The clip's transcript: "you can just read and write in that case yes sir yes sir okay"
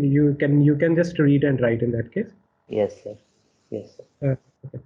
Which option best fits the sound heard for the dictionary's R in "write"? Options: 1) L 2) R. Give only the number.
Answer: 2